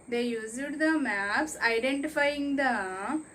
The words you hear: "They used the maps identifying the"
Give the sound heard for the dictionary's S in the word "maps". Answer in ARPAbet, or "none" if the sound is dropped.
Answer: S